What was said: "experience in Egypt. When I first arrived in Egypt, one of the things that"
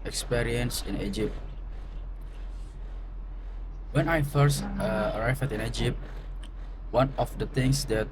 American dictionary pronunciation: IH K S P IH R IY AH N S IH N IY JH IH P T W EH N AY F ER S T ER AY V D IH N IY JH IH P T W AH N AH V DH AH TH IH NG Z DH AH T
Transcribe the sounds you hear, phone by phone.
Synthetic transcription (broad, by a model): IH K S P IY R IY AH N S IH N IY JH IH P T W EH N AY F ER S T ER AY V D IH N IY JH IH P T W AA N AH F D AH T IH NG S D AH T